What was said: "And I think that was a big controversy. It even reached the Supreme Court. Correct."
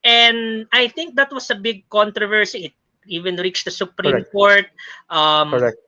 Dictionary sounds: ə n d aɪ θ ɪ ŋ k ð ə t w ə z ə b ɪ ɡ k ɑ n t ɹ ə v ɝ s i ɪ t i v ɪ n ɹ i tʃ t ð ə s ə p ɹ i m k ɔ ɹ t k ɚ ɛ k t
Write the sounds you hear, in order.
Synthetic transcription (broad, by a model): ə n d aɪ θ ɪ ŋ k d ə t w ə s ə b ɪ ɡ k ɑ n t ɹ ə v ɝ s i ɪ t i v ɪ n ɹ i tʃ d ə s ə p ɹ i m k ɔ ɹ t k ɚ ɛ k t